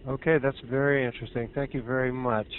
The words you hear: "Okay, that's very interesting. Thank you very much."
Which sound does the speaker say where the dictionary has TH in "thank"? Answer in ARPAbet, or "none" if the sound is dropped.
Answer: TH